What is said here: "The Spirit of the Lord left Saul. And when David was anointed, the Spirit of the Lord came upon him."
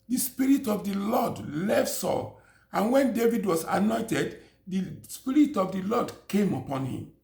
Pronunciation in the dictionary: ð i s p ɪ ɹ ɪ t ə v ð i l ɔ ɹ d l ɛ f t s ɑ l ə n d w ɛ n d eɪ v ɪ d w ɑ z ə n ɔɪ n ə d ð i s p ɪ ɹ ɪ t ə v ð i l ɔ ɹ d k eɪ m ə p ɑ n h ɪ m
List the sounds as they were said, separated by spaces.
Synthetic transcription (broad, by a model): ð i s p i ɹ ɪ t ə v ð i l ɔ d l ɛ f t s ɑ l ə n w ɛ n d eɪ v ɪ d w ɑ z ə n ɔɪ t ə d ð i s p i ɹ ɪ t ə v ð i l ɔ d k eɪ m ə p ɑ n h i m